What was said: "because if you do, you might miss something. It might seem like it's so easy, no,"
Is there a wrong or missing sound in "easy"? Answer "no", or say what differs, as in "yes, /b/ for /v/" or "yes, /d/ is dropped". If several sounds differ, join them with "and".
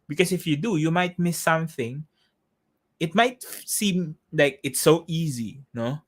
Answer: no